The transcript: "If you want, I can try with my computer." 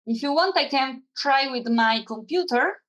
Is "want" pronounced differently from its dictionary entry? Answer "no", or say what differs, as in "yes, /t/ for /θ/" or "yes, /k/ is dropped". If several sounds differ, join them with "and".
no